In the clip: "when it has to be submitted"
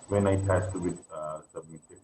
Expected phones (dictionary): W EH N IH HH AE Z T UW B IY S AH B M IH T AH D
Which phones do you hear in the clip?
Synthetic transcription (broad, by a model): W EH N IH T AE S T UW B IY S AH B M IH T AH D